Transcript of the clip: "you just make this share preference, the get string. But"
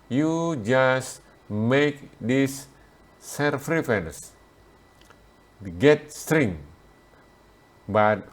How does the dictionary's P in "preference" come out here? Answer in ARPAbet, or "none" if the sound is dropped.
F